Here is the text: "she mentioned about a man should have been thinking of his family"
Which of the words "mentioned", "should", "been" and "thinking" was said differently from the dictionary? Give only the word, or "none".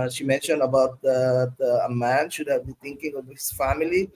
thinking